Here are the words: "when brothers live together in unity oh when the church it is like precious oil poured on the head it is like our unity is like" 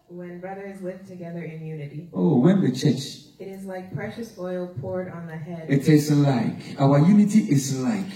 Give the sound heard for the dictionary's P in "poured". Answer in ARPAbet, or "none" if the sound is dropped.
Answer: P